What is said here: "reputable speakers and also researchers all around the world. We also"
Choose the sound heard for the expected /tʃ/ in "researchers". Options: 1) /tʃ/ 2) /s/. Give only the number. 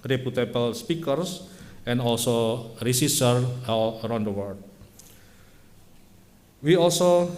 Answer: 2